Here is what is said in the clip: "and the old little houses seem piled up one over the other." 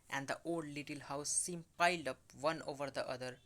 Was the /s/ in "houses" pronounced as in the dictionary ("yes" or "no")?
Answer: no